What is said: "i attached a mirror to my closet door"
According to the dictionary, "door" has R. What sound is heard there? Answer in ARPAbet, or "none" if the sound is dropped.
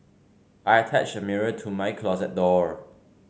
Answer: R